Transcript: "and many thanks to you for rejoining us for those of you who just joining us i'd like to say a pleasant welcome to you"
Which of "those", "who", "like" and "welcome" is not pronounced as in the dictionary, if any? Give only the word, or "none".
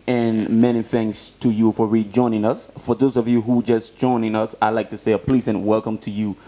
none